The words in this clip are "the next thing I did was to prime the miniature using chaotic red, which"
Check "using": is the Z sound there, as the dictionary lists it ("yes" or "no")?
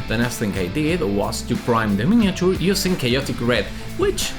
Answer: no